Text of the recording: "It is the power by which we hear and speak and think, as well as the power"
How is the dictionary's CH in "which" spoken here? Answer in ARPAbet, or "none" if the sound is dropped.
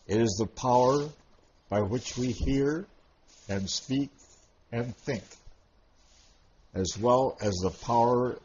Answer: CH